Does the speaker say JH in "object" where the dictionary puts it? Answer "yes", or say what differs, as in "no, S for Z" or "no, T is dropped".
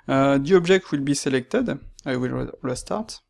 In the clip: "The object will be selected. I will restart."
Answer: no, ZH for JH